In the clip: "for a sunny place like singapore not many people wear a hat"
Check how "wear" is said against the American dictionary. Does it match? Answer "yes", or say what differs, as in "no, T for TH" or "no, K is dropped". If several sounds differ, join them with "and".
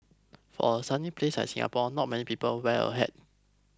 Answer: no, L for R